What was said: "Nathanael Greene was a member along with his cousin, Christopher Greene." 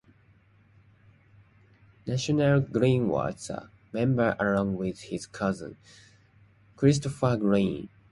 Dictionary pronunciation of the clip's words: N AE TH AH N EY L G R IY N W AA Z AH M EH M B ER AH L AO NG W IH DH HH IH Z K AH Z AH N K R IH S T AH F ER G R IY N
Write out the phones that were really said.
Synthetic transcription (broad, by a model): N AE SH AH N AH L G R IY N W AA S AH M EH M B ER AH L AO NG W IH DH HH IH Z K AH Z AH N K R IH S T AH F ER G R IY N